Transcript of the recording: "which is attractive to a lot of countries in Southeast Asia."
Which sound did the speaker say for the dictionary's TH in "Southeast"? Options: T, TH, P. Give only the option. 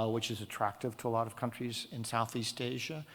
TH